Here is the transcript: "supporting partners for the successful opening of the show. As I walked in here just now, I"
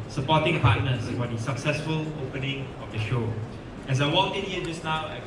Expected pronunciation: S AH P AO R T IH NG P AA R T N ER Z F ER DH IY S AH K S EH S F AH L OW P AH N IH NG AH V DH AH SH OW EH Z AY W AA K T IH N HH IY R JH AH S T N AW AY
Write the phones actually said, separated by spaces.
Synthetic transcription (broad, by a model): S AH P AO T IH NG P AA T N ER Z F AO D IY S AH K S EH S F AH L OW P AH N IH NG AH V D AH SH OW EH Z AY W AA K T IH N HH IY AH JH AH S N AW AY